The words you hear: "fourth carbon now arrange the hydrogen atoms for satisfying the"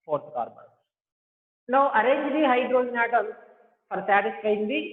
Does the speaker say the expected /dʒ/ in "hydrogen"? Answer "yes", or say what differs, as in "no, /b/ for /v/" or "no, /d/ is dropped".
no, /dʒ/ is dropped